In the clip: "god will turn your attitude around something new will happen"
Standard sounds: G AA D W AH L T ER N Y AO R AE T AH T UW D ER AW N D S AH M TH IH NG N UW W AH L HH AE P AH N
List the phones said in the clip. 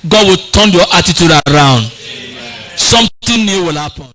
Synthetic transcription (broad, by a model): G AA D W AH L T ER N Y AO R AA T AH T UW D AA AW N D S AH M T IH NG N UW W AH L HH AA P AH N